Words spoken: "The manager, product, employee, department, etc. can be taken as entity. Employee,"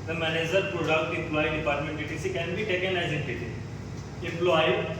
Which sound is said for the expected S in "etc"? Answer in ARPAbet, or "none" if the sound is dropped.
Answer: none